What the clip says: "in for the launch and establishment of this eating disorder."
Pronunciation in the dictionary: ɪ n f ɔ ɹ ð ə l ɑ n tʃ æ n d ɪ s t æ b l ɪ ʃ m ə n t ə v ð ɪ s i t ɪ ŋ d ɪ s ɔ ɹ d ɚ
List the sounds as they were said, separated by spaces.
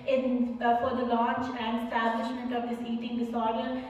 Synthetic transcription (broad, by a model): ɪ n f ɔ ɹ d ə l ɑ n tʃ æ n d ɪ s t æ b l ɪ ʃ m ə n t ə v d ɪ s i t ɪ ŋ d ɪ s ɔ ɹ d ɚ